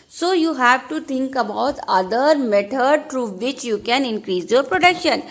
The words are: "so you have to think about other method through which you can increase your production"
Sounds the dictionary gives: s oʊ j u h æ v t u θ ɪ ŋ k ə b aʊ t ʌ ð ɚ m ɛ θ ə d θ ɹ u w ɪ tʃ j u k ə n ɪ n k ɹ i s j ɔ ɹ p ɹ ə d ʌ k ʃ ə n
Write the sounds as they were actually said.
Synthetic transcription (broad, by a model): s oʊ j u h æ v t u t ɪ ŋ k ə b aʊ t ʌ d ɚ m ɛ t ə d t ɹ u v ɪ tʃ j u k ə n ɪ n k ɹ i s j ɔ ɹ p ɹ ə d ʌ k ʃ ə n